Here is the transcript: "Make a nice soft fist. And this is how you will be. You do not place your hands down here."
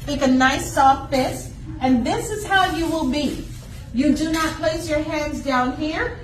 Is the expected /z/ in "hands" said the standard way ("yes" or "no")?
yes